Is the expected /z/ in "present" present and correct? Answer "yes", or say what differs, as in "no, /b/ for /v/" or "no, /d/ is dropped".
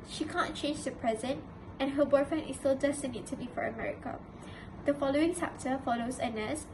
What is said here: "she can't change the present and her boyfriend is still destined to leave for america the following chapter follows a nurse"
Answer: yes